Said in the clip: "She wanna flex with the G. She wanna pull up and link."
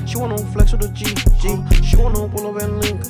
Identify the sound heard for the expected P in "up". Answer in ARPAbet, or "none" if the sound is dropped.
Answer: B